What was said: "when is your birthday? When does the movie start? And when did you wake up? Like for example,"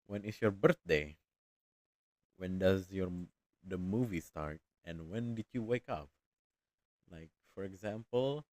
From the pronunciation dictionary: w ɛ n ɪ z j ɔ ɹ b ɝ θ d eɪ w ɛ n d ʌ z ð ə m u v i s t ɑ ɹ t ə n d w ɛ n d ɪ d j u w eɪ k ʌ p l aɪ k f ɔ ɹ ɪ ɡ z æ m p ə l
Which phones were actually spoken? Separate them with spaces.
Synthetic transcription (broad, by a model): w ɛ n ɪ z j ɔ ɹ b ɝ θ d eɪ w ɛ n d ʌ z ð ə m u v i s t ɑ ɹ t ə n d w ɛ n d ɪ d j u w eɪ k ʌ p l aɪ k f ɔ ɹ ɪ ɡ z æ m p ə l